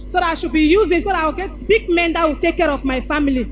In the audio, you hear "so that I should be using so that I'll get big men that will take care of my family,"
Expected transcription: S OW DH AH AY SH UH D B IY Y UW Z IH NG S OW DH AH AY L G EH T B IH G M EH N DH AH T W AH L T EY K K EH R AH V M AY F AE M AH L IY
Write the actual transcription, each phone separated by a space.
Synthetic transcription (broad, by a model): S OW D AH AY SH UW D B IY Y UW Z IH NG S OW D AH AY W G EH T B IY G M EH N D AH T W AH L T EY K K EH R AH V M AY F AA M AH L IY